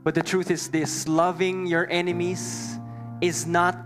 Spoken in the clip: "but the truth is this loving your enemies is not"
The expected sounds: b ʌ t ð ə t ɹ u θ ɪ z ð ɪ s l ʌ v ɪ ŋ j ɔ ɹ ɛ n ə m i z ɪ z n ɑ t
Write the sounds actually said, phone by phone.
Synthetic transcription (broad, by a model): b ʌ t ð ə t ɹ u θ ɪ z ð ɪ s l ʌ v ɪ ŋ j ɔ ɹ ɛ n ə m i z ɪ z n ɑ t